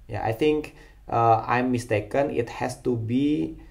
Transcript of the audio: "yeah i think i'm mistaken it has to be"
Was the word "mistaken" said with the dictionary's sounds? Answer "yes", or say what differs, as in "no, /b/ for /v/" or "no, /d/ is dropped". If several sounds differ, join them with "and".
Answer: yes